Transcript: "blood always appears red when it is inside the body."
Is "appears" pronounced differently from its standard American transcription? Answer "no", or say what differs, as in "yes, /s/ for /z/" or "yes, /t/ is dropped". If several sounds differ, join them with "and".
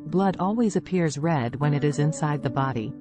no